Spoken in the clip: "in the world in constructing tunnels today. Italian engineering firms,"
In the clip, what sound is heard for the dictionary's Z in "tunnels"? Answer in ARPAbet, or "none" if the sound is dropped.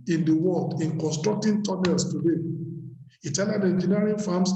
S